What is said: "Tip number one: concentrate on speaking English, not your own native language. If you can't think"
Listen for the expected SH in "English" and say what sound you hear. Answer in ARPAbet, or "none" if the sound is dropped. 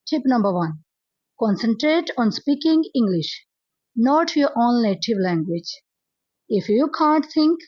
SH